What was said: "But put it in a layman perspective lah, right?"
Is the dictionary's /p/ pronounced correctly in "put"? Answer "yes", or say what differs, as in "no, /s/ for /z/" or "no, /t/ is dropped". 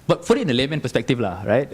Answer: no, /f/ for /p/